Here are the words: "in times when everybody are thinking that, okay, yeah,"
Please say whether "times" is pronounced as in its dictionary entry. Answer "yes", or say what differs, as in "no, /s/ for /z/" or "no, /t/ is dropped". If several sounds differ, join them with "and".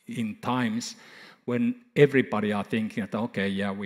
no, /s/ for /z/